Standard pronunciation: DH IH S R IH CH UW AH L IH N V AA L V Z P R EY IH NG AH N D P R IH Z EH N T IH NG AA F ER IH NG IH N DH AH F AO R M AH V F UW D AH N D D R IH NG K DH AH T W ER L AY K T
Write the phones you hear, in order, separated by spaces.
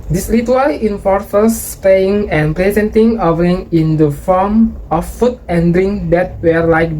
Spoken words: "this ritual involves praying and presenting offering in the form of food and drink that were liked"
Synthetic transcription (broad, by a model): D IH S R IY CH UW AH L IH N F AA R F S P EY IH NG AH N P R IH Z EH N T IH NG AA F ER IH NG IH N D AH F AO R M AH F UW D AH N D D R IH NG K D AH T W ER L AY K